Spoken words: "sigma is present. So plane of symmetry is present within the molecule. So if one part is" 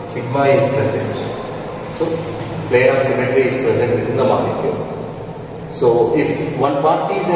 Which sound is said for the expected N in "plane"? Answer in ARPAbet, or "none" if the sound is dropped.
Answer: none